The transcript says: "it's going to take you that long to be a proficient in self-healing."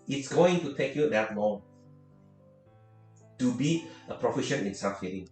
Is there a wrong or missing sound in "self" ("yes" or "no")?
yes